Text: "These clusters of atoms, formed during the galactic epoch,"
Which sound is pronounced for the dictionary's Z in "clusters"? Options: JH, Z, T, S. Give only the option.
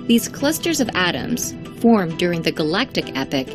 Z